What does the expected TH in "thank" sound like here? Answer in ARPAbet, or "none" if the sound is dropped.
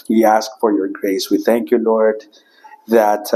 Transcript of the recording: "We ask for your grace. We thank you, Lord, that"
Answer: TH